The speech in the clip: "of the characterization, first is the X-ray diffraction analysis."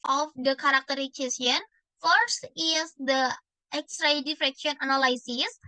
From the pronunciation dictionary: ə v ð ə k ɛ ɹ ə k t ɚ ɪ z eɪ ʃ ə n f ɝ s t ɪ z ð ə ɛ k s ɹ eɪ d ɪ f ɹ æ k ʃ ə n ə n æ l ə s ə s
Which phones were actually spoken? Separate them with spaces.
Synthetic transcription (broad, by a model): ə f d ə k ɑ ɹ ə k t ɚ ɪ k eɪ s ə n f ɝ s t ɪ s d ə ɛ k s ɹ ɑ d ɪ f ɹ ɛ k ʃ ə n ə n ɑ l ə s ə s